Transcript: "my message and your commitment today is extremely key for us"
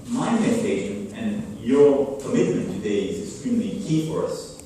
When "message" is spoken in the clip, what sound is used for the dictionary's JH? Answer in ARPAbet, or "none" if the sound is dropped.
SH